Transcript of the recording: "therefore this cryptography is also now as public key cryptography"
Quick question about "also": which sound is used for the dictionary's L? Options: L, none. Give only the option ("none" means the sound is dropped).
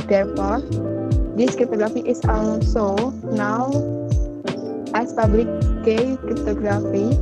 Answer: none